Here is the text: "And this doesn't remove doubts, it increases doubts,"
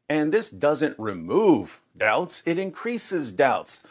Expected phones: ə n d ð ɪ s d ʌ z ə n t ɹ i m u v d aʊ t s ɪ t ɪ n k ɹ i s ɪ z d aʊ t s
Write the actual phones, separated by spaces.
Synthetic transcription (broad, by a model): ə n ð ɪ s d ʌ z ə n t ɹ i m u v d aʊ t s ɪ t ɪ n k ɹ i s ɪ z d aʊ t s